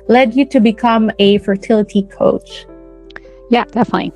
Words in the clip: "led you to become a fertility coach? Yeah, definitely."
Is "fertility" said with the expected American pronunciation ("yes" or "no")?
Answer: yes